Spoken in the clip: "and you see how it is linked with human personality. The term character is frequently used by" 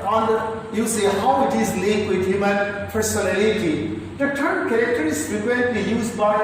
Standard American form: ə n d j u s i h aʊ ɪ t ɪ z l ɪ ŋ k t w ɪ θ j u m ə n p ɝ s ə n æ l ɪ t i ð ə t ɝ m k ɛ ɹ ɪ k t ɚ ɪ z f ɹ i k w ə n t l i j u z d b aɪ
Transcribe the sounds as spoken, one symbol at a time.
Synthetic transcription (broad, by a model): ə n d j u s i h aʊ ɪ t ɪ z l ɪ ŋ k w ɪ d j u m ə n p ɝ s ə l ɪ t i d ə t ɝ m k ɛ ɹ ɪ k t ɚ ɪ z p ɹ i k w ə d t i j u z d b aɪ